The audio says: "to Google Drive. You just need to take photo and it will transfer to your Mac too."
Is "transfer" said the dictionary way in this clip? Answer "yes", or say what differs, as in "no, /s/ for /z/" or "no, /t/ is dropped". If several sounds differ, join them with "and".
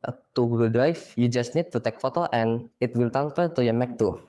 no, /ɹ/ is dropped